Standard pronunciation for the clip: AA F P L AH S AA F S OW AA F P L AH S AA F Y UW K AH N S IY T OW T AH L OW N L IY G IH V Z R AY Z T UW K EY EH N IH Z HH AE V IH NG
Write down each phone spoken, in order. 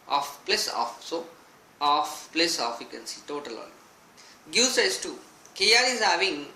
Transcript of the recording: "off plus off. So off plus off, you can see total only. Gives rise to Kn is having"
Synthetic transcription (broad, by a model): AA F P L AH S AA F S OW AA F P L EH S AA F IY K AH N S IY T OW T AH L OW L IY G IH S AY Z T UW K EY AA L IH Z HH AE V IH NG